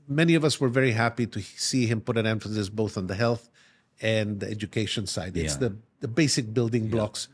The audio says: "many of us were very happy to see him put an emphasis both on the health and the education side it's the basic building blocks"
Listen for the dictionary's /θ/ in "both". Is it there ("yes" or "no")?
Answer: yes